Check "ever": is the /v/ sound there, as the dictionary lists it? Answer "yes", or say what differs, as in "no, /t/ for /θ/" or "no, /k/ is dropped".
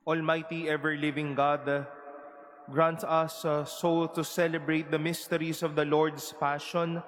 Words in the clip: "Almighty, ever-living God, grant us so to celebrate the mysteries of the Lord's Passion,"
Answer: yes